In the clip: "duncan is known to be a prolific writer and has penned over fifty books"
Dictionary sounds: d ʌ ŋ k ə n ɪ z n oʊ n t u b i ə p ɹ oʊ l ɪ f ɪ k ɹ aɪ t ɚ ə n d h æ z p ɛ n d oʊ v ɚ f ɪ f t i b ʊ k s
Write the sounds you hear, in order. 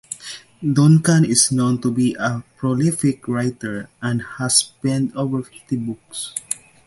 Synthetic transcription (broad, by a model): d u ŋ k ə n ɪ s n oʊ n t u b i ə p ɹ oʊ l ɪ f ɪ k ɹ aɪ t ɚ ə n d h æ s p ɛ n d oʊ v ɚ f ɪ f t i b ʊ k s